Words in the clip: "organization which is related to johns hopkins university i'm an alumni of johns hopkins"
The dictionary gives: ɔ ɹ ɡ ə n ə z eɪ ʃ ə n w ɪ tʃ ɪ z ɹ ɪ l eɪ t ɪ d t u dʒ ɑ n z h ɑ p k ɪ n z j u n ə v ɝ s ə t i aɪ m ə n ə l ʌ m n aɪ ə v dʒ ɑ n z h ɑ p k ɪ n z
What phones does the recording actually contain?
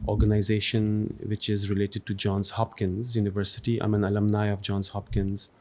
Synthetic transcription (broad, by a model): ɔ ɹ ɡ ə n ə z eɪ ʃ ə n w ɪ tʃ ɪ z ɹ ɪ l eɪ t ɪ d t u dʒ ɑ n z h ɑ p k ɪ n z j u n ə v ɝ s ə t i aɪ m ə n ə l ʌ m n aɪ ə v dʒ ɑ n z h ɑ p k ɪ n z